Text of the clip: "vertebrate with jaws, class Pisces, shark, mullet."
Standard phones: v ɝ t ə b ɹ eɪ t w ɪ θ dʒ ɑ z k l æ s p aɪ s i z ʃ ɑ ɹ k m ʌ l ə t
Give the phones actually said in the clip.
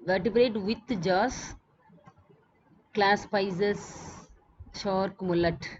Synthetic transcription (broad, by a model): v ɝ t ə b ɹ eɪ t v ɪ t dʒ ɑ s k l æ s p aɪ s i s ʃ ɑ ɹ k m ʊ l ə t